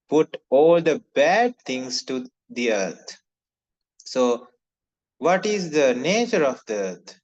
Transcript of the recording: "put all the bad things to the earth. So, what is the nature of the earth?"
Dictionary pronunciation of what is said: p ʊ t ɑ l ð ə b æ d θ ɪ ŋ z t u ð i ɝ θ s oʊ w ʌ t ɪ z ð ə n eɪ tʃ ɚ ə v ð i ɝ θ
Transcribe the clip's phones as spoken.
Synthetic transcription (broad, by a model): p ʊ t ɑ l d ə b æ d t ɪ ŋ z t u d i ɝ t s oʊ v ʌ t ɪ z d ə n eɪ tʃ ɚ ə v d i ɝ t